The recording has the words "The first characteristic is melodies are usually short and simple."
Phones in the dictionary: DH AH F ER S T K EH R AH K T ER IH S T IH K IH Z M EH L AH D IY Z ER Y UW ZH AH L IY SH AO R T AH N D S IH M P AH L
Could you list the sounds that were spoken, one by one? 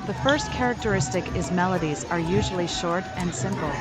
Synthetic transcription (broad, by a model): DH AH F ER S T K EH R AH K T ER IH S T IH K IH Z M EH L AH D IY Z ER Y UW ZH L IY SH AO R T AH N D S IH M P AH L